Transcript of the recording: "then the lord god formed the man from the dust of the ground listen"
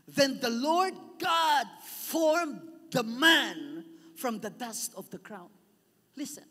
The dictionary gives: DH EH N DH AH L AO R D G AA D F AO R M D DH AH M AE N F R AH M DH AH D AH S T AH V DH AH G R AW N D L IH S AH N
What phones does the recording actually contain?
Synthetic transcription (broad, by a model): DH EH N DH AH L AO R D G AA D F AO R M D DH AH M AE N F R AH M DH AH D AH S T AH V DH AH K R AW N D L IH S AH N